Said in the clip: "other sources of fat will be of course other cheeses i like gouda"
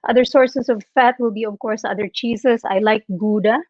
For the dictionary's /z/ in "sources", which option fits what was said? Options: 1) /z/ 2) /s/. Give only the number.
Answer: 2